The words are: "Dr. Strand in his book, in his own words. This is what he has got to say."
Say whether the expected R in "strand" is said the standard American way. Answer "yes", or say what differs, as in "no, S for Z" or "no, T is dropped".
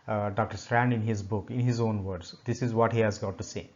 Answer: yes